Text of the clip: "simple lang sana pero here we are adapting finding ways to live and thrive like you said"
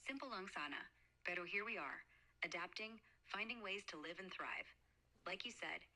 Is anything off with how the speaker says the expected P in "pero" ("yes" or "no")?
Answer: yes